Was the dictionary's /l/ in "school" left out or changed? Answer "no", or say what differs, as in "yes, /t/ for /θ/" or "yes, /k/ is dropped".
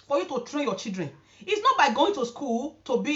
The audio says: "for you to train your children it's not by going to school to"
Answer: no